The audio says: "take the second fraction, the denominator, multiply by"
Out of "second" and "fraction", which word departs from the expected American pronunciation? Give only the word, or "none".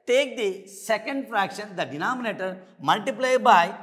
none